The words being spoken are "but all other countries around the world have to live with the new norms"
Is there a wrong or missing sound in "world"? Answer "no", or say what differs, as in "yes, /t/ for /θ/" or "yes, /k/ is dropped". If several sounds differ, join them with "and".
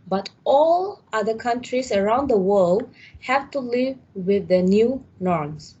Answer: no